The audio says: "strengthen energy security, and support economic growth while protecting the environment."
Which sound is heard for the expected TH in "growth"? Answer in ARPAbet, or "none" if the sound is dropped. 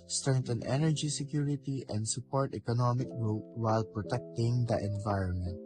T